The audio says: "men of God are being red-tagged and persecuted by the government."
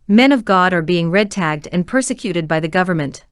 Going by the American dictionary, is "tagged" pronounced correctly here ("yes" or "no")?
yes